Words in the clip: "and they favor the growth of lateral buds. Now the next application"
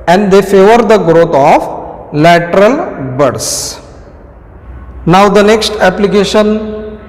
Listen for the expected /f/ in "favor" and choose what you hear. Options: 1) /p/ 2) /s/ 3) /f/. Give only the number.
3